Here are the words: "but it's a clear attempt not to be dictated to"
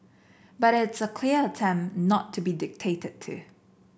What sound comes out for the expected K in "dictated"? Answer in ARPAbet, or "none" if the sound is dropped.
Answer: K